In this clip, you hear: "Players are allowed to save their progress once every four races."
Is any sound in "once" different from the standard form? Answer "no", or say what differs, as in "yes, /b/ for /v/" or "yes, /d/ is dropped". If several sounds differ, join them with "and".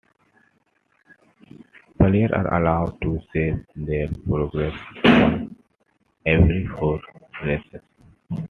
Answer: yes, /s/ is dropped